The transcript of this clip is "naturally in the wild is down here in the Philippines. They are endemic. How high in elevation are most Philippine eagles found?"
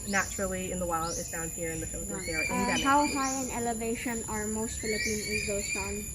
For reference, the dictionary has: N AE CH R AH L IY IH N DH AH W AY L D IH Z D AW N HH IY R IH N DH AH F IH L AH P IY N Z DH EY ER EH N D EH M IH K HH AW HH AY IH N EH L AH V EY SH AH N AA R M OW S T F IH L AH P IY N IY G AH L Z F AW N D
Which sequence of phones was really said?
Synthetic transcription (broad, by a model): N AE CH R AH L IY IH N DH AH W AY L D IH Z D AW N HH IY R IH N DH AH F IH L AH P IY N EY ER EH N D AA IH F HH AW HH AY IH N EH L AH V EY SH AH N AA R M OW S T F IH L AH P IY N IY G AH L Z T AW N